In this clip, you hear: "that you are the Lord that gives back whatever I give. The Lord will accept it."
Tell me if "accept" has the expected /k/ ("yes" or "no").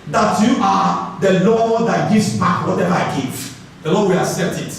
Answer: no